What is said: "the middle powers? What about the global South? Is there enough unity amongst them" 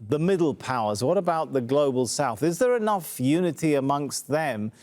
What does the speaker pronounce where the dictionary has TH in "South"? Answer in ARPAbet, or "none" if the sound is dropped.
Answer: TH